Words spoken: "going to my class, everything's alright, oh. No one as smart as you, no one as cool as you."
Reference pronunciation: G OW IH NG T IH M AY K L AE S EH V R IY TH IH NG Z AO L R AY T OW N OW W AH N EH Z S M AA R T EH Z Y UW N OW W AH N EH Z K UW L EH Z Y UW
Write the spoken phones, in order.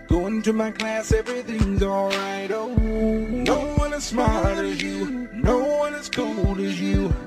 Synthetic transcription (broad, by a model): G OW IH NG T IH M AY K L AE S EH V R IY TH IH NG Z AO L R AY T OW N OW W AH N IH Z S M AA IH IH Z Y UW N OW W AH N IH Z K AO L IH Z Y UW